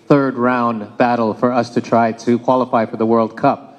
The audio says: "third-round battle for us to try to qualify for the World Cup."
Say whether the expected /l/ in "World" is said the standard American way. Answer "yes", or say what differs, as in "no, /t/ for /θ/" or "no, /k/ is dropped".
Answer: yes